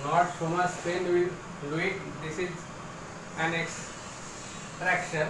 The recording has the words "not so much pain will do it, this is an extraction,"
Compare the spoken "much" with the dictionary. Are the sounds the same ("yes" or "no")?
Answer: no